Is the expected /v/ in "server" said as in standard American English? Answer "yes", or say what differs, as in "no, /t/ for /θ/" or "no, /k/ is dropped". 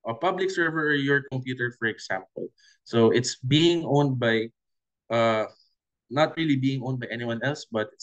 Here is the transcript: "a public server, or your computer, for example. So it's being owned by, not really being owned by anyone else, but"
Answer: yes